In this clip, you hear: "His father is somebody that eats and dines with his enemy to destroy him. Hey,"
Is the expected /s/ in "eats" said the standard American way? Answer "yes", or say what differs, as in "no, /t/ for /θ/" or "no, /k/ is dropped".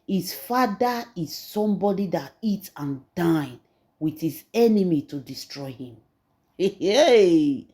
no, /s/ is dropped